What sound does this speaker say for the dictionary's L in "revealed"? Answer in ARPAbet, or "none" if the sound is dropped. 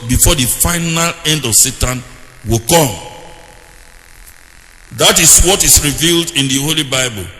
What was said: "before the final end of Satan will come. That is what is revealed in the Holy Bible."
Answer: L